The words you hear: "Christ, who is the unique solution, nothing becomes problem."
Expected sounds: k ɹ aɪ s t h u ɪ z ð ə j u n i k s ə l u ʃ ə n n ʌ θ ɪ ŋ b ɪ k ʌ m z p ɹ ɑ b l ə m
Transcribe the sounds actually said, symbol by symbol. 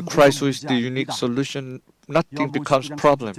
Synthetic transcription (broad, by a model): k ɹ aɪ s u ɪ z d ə j u n i k s ə l u ʃ ə n n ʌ t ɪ ŋ b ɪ k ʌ m s p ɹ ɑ b l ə m